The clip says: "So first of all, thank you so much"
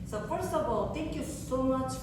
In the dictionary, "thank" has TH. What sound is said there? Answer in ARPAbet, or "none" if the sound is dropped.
T